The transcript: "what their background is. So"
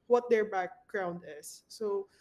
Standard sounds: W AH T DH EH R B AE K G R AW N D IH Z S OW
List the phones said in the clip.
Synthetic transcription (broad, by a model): W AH T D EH R B AE K G R AW N D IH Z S OW